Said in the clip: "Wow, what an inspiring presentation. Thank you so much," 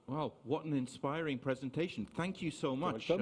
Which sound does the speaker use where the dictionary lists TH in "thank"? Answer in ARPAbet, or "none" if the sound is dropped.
TH